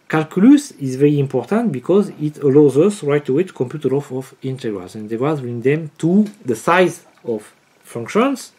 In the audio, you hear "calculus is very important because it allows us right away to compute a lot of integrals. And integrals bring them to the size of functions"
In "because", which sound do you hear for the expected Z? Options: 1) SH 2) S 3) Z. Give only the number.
3